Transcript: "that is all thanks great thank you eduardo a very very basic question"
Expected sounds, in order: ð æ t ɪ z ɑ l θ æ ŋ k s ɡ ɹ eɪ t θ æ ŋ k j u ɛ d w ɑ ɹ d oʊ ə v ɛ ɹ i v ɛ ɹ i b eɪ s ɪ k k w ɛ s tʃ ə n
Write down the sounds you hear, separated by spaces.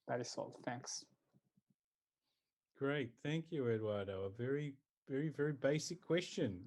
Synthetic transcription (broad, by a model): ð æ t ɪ s ɑ l θ æ ŋ k s ɡ ɹ eɪ t θ æ ŋ k j u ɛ d w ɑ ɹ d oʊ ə v ɛ ɹ i v ɛ ɹ i b eɪ s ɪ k k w ɛ s tʃ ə n